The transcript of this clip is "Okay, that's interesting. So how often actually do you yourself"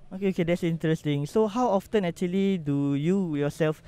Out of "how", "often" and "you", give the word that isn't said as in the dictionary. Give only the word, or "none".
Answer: none